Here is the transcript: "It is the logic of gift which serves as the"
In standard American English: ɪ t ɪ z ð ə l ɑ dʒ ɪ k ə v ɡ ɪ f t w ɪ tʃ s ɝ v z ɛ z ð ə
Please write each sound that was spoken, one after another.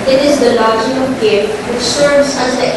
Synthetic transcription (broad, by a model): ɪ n ɪ z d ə l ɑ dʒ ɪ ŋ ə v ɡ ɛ t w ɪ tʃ s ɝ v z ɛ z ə